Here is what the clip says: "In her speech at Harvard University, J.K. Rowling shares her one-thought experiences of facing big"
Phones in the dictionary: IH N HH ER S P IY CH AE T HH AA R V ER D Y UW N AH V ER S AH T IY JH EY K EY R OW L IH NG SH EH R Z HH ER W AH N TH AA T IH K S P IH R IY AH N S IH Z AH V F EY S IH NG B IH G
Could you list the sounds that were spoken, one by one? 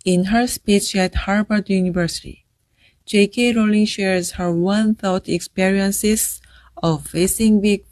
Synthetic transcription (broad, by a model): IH N HH ER S P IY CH AE T HH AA R B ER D Y UW N AH V ER S AH T IY JH EY K EY R OW L IH NG SH EH R Z HH ER W AH N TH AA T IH K S P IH R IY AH N S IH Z AH V F EY S IH NG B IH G